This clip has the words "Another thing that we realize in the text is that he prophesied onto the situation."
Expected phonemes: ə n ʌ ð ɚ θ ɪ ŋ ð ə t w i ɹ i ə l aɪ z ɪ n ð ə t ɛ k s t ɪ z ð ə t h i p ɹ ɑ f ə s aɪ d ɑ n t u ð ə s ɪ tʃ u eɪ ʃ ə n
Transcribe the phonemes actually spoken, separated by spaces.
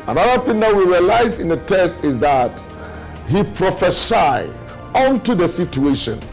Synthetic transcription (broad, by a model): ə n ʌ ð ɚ θ ɪ ŋ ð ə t w i ɹ i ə l aɪ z ɪ n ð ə t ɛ s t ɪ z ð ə t h i p ɹ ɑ f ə s aɪ ɑ n t u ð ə s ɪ tʃ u eɪ ʃ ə n